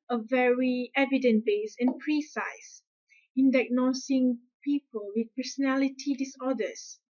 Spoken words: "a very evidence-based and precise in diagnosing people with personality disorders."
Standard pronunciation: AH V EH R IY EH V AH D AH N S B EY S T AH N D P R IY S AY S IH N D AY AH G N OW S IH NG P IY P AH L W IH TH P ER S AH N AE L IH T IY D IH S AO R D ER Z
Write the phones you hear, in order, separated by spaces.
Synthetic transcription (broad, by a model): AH V EH R IY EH V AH D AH N B EY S AH N P R IY S AY S IH N D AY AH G N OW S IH NG P IY P AH L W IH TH P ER S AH N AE L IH T IY D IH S AO D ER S